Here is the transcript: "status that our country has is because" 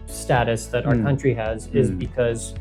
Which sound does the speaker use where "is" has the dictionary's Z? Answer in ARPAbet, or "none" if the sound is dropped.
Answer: Z